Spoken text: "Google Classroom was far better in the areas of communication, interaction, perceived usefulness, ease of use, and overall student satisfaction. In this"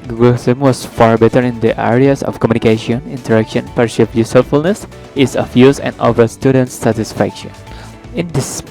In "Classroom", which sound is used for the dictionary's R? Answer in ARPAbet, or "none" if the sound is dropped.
none